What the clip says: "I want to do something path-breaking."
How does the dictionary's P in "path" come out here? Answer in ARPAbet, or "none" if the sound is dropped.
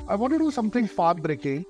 F